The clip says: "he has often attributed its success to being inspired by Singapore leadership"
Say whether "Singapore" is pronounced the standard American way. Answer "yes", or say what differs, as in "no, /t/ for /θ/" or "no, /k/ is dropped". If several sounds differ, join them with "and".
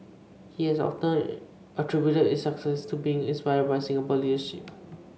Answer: no, /b/ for /p/